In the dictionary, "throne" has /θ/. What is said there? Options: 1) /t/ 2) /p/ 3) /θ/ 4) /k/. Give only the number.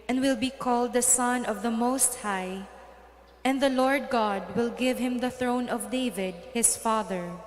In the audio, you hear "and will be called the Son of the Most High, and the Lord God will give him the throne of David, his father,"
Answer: 3